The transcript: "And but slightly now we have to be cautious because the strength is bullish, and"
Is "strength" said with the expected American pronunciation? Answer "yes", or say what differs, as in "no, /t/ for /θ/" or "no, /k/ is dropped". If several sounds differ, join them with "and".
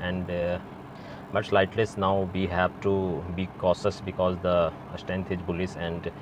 no, /ɹ/ is dropped